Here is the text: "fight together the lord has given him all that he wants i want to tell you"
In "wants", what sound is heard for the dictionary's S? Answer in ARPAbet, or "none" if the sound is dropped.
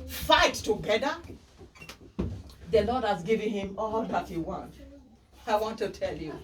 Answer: none